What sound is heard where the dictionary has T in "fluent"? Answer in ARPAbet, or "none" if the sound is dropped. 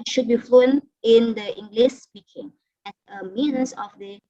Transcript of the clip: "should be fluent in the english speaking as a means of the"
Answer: none